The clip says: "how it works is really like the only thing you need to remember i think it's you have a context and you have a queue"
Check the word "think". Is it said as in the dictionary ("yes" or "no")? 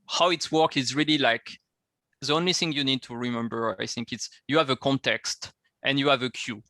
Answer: yes